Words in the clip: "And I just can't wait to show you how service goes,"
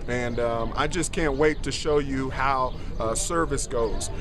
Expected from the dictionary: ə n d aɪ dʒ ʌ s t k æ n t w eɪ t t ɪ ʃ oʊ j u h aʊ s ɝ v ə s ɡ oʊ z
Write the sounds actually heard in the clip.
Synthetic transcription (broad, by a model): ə n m aɪ dʒ ʌ s k æ n t w eɪ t t ɪ ʃ oʊ j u h aʊ s ɝ v ə s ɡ oʊ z